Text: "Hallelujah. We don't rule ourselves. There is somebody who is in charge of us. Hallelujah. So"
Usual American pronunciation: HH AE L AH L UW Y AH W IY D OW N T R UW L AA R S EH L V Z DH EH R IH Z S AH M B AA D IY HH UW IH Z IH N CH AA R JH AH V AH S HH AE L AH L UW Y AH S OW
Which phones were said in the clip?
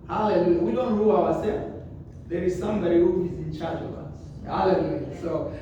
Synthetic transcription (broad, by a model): HH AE L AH L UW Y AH W IY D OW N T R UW W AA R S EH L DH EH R IH Z S AH M B AA D IY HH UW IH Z IH N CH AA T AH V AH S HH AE L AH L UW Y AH S OW